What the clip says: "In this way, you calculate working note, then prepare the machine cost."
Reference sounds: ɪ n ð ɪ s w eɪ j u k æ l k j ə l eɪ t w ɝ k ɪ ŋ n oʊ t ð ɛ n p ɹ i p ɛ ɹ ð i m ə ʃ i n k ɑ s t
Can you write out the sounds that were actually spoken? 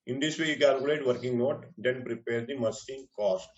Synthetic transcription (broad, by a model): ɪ n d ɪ s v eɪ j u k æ l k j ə l eɪ t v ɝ k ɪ ŋ n oʊ t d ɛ n p ɹ i p ɛ ɹ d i m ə s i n k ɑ s t